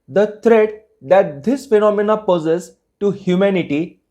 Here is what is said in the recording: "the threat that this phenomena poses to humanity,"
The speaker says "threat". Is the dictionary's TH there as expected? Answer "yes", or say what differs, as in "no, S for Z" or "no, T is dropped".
no, T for TH